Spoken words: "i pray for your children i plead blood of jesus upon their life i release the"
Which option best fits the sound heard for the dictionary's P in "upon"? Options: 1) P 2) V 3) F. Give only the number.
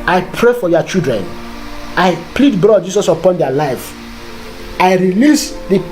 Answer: 1